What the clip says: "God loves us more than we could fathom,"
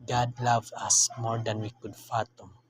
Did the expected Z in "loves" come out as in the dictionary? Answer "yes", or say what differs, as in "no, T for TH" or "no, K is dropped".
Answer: no, Z is dropped